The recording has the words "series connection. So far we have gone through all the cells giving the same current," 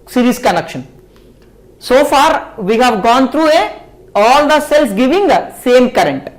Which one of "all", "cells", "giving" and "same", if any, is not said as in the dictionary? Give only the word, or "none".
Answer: cells